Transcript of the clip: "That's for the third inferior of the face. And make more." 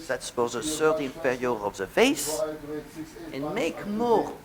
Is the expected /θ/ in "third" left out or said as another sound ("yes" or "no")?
yes